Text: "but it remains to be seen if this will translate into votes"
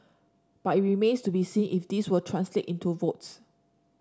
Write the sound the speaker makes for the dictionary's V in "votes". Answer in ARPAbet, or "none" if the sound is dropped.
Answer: V